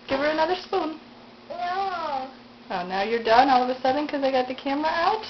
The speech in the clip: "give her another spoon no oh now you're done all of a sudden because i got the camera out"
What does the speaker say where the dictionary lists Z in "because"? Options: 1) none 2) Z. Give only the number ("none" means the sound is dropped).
1